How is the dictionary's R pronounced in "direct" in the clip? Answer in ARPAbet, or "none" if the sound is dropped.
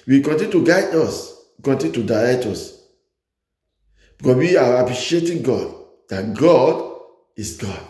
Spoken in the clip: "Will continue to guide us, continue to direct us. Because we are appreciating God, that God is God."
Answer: L